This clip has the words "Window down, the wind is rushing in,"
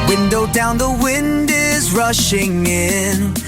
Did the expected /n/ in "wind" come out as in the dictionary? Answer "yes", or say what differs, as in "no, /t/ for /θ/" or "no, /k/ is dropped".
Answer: yes